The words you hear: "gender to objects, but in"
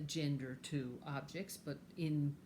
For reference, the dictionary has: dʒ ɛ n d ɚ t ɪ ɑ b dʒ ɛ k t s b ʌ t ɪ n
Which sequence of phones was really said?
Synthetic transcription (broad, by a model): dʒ ɛ n d ɚ t ɪ ɑ b dʒ ɛ k t s b ʌ t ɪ n